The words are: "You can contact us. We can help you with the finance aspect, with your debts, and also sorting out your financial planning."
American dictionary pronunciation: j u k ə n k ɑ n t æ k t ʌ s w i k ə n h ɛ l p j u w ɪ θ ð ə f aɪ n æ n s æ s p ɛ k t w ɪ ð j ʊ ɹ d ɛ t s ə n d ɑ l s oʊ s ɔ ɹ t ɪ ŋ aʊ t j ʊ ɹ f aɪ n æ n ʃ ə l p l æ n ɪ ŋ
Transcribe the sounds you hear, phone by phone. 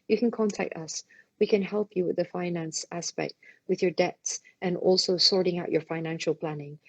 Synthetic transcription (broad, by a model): j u k ə n k ɑ n t æ k t ʌ s w i k ə n h ɛ l p j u w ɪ ð ə f aɪ n æ n s æ s p ɛ k t w ɪ ð j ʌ ɹ d ɛ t s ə n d ɑ l s oʊ s ɔ ɹ t ɪ ŋ aʊ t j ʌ ɹ f aɪ n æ n ʃ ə l p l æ n ɪ ŋ